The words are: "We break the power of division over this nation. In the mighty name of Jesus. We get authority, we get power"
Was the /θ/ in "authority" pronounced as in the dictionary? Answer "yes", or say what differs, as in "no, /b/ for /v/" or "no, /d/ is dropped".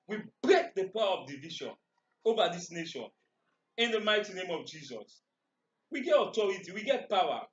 no, /t/ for /θ/